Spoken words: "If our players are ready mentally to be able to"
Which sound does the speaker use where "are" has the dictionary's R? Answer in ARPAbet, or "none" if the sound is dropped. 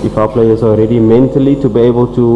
L